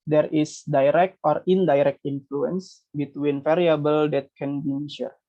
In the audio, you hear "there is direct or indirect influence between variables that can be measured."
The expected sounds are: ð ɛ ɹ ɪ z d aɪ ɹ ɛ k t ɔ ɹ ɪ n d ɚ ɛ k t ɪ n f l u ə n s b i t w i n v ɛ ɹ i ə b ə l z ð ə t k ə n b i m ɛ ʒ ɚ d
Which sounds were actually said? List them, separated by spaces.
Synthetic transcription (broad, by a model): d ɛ ɹ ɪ s d aɪ ɹ ɛ k t ɔ ɹ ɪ n d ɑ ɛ k t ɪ n f l u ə n s b i t w i n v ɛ ɹ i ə b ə l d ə t k ə n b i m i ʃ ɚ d